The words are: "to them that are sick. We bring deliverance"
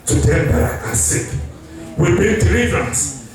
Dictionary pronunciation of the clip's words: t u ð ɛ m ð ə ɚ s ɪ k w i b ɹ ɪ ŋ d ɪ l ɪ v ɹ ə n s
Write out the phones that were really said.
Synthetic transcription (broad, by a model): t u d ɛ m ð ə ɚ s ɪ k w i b ɪ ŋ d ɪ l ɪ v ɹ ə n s